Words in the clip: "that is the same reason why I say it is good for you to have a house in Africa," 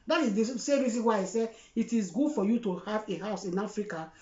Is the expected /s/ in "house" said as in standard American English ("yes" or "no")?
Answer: yes